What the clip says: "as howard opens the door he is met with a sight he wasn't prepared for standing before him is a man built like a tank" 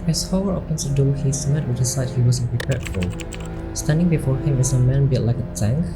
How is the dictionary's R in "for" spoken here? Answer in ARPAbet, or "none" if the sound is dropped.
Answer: L